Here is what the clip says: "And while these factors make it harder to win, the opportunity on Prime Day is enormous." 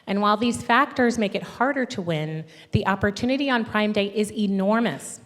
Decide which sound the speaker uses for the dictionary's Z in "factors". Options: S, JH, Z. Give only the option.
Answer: Z